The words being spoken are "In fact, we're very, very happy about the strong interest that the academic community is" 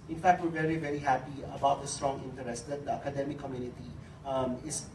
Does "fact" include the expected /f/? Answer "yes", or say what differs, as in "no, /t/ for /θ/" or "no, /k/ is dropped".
yes